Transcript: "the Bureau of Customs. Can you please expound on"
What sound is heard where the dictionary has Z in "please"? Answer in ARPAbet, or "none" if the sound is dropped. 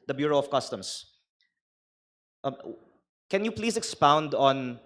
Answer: S